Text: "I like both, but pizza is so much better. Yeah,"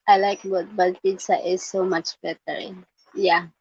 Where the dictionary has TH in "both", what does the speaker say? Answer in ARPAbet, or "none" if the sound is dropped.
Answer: T